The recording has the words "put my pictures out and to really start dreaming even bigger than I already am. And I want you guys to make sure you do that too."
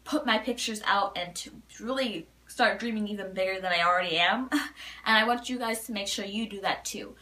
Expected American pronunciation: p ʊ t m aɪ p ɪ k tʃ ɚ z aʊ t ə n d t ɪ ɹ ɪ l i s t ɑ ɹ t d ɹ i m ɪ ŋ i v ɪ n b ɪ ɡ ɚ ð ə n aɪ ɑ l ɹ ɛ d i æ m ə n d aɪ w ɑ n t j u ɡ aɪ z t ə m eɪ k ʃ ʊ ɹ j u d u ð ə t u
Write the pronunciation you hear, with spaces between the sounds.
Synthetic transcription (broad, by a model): p ʊ t m aɪ p ɪ k tʃ ɚ z aʊ t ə n t ɪ ɹ ɪ l i s t ɑ ɹ t d ɹ i m ɪ ŋ i v ɪ n b ɪ ɡ ɚ ð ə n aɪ ɑ l ɹ ɛ d i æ m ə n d aɪ w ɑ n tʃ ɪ ɡ aɪ z t ə m eɪ k ʃ ʊ ɹ j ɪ d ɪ ð ə t u